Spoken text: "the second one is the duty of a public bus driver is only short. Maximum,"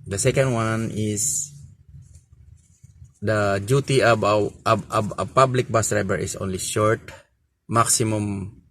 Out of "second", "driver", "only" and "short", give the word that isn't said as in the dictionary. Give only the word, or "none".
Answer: driver